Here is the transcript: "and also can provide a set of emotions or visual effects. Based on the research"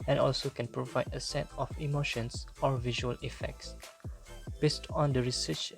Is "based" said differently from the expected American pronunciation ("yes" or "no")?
no